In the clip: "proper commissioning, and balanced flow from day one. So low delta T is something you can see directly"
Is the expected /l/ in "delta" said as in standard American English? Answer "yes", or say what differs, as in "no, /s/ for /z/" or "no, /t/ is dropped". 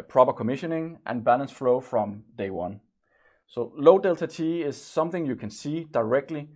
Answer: yes